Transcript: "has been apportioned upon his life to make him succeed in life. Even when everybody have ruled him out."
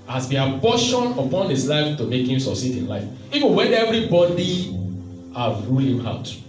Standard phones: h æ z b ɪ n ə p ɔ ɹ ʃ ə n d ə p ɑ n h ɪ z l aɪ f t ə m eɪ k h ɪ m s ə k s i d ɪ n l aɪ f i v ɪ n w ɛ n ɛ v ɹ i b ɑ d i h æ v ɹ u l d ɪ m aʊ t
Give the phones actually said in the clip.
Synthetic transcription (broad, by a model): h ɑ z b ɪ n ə b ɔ ʃ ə n ə p ɑ n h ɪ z l aɪ f t ə m eɪ k h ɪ m s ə s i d ɪ n l aɪ f i v ɪ n w ɛ n ɛ v ɹ i b ɑ d i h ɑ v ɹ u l ɪ m aʊ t